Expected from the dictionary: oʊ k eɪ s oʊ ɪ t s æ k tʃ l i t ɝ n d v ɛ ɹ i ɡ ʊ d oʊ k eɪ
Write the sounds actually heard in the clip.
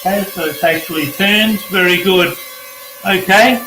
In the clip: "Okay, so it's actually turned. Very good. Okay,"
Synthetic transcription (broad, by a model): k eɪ s oʊ ɪ t s æ k tʃ l i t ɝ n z v ɛ ɹ i ɡ ʊ d oʊ k eɪ